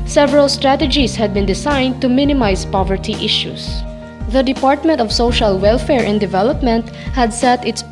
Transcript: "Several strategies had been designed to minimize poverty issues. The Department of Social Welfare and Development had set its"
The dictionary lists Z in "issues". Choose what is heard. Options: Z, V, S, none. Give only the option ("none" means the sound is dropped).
S